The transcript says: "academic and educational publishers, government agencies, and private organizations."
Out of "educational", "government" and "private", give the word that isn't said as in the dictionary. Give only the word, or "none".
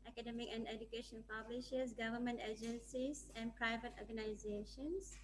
educational